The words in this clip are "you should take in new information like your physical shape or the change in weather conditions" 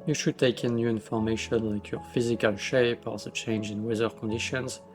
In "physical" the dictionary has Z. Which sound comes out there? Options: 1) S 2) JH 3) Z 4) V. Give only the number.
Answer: 3